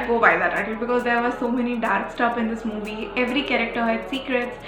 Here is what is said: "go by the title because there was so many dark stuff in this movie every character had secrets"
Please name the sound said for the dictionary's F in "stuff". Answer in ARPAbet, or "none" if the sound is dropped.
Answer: P